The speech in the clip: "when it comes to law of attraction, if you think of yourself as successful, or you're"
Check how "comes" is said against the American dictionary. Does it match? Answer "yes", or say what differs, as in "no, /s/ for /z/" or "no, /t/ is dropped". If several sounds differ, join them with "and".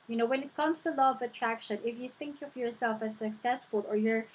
no, /s/ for /z/